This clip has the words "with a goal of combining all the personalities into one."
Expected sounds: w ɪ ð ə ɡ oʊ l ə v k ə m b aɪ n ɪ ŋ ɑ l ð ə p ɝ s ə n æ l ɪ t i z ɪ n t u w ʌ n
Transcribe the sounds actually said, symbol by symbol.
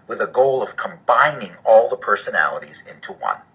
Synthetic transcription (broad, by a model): w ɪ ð ə ɡ oʊ l ə v k ə m b aɪ n ɪ ŋ ɑ l ð ə p ɝ s ə n æ l ɪ t i z ɪ n t u w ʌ n